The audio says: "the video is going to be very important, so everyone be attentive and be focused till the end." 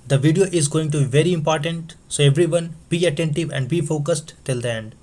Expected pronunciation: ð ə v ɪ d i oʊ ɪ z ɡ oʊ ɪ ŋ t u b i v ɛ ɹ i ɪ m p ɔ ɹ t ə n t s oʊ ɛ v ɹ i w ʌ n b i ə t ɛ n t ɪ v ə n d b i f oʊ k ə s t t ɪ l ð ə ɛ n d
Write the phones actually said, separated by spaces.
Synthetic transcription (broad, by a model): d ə v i d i oʊ ɪ z ɡ oʊ ɪ ŋ t u b i v ɛ ɹ i ɪ m p ɔ ɹ t ə n t s oʊ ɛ v ɹ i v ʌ n b i ə t ɛ n t ɪ v ə n d b i f oʊ k ə s t t ɪ l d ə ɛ n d